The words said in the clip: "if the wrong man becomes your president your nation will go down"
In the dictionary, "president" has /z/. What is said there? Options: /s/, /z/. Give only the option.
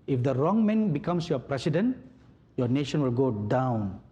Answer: /s/